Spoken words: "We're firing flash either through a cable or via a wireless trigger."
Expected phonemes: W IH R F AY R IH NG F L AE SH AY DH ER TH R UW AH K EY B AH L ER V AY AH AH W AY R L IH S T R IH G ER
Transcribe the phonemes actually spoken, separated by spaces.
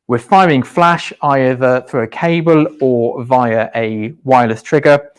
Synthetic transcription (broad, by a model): W IH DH F AY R IH NG F L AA SH AY DH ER TH R UW AH K EY B AH L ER V AY AH AH W AY L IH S T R IH G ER